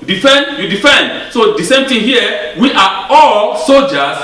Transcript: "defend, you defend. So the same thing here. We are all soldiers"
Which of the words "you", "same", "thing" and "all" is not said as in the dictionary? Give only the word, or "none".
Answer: thing